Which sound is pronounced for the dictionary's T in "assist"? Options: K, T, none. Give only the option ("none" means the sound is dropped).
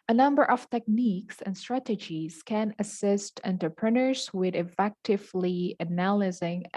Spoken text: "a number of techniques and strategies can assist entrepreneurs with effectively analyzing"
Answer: T